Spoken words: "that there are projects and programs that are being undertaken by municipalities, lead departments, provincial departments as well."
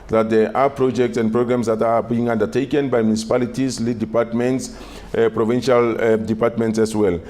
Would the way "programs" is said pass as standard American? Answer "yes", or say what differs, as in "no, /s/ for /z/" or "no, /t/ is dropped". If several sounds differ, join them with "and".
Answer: no, /s/ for /z/